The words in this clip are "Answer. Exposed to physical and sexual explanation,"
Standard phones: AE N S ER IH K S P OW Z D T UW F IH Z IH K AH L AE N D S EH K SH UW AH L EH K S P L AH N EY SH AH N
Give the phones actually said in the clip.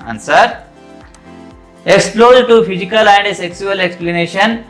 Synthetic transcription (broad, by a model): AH N S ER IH K S P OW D T UW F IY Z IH K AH L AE N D S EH K S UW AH L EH K S P L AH N EY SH AH N